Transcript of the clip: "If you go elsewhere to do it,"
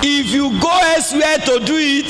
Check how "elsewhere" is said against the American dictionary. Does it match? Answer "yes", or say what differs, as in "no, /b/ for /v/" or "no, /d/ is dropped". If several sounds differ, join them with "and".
no, /l/ is dropped